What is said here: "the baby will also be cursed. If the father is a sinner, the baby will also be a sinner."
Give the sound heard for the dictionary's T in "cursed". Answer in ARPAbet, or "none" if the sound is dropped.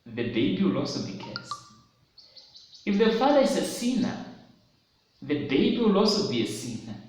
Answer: none